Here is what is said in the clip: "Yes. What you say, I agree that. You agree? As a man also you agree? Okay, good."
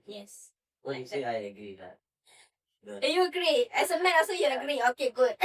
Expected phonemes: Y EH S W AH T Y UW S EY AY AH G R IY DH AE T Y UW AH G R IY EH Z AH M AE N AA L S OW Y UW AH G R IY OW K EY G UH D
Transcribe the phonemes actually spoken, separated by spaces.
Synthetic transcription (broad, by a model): Y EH S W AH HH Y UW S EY AY AH G R IY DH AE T Y UW AH G R IY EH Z AH M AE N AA S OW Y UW AH G R IY OW K EY G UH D